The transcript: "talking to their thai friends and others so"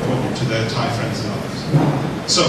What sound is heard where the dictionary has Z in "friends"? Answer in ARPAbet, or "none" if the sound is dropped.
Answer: Z